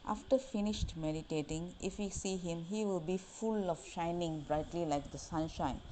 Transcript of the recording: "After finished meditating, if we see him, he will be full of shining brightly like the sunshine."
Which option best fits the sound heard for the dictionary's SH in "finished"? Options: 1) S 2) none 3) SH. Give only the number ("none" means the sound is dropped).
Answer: 3